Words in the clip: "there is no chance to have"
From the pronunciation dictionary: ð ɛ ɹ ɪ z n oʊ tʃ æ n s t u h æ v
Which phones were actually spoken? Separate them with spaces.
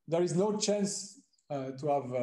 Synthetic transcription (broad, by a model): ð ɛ ɹ ɪ z n oʊ tʃ æ n s t u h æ v